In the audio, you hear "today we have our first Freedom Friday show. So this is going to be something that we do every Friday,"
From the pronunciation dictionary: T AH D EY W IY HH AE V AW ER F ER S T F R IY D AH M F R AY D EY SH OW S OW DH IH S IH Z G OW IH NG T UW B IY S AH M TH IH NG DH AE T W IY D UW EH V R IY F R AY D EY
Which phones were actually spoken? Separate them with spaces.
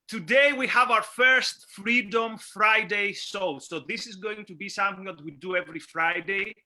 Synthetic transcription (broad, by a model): T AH D EY W IY HH AE V AW ER F ER S T F R IY D AH M F R AY D EY S OW S OW DH IH S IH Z G OW IH NG T UW B IY S AH M TH IH NG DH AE T W IY D UW EH V R IY F R AY D EY